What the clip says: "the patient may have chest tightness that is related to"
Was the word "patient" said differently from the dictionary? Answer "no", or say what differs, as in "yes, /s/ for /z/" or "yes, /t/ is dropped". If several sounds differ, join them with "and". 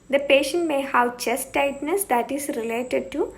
no